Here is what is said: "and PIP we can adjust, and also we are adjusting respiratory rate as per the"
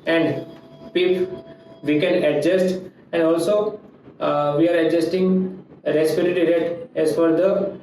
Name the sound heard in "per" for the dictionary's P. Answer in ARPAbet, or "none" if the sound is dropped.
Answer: F